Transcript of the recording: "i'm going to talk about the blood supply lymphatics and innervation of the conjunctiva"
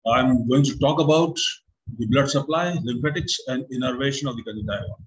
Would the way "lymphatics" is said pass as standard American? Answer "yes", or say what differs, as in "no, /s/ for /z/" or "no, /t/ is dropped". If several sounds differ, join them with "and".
no, /p/ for /f/